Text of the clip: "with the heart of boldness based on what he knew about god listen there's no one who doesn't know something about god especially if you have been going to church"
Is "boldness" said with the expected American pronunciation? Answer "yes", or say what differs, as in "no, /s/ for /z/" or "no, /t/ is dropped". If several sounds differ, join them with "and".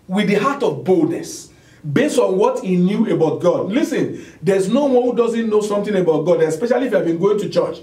yes